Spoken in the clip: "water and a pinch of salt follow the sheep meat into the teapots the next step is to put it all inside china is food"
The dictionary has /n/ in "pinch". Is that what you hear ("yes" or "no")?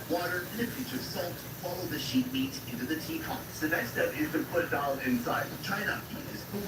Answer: no